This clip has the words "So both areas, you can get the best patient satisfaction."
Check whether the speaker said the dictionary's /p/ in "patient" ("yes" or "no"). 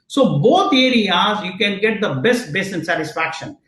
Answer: no